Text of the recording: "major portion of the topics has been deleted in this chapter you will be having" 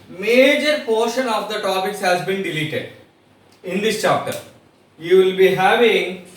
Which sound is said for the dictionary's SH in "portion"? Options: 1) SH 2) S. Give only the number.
1